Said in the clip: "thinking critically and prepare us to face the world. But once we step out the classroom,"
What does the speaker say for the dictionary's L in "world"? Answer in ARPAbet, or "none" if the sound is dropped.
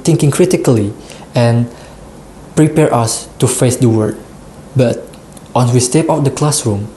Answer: none